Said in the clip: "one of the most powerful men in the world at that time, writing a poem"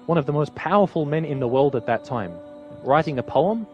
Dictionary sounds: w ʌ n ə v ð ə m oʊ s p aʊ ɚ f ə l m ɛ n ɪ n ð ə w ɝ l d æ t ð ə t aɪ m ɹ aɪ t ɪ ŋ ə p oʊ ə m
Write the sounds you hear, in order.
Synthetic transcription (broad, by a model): w ʌ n ə v ð ə m oʊ s p aʊ ɚ f ə l m ɛ n ɪ n ð ə w ɝ l d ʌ t ð ə t aɪ m ɹ aɪ t ɪ ŋ ə p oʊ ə m